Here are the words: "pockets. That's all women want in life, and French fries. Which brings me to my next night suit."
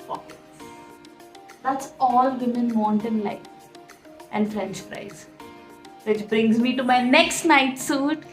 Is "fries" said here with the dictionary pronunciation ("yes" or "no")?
no